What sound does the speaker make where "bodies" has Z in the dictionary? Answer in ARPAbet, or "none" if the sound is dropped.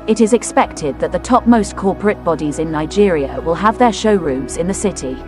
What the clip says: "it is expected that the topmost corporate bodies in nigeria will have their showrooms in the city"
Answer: Z